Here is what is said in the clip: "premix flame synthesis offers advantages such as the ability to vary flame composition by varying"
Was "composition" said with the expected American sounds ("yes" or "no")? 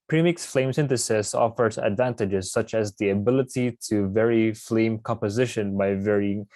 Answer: yes